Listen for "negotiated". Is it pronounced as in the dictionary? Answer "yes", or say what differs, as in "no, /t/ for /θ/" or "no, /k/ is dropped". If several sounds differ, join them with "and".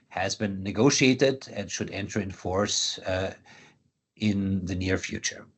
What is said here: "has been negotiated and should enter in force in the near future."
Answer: yes